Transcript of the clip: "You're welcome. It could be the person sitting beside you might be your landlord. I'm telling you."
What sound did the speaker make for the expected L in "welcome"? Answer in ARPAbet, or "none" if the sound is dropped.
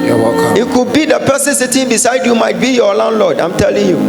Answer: none